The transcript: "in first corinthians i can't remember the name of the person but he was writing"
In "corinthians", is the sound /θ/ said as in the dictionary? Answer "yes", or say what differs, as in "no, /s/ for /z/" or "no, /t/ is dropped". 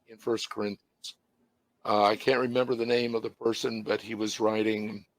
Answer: yes